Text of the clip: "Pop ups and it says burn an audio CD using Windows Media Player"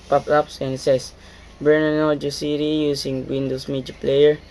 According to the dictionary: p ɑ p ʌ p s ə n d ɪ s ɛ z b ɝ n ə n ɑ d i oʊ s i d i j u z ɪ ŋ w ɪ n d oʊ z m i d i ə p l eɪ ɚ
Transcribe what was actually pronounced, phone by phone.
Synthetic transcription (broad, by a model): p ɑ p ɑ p s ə n s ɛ s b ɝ n ə n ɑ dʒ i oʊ s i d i j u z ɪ ŋ w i n d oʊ s m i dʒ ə p l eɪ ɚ